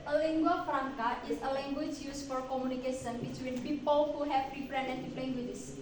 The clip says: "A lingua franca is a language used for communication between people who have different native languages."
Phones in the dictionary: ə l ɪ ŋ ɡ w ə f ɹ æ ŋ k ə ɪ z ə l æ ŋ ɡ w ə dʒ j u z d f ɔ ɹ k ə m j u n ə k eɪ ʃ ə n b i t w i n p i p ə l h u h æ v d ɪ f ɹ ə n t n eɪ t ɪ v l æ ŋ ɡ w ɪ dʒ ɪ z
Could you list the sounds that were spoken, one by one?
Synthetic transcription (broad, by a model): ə l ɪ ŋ ɡ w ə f ɹ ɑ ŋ k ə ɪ s ə l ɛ ŋ ɡ w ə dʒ j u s f ɔ ɹ k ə m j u n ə k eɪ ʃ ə n b i t w i n p i p ə l h u h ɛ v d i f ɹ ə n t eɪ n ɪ p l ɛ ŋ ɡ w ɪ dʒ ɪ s